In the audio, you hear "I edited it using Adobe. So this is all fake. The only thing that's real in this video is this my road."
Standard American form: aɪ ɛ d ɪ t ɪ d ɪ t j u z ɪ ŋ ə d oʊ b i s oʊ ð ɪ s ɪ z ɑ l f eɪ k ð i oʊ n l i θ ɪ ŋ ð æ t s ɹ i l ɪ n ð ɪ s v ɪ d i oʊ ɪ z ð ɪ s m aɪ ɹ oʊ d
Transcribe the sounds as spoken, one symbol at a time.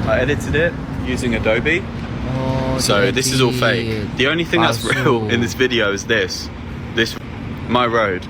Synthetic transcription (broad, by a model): aɪ ɛ d ɪ t ɪ d ɪ t j u z ɪ ŋ ə d oʊ b i s oʊ ð ɪ s ɪ z ɑ l f eɪ k ð i oʊ n l i θ ɪ ŋ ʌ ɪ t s ɹ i l ɪ n ð ɪ s v ɪ d i oʊ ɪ z ð ɪ s m aɪ ɹ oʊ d